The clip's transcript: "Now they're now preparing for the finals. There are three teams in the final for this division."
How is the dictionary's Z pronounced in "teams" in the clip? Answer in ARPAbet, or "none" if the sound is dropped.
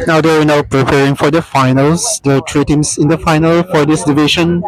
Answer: S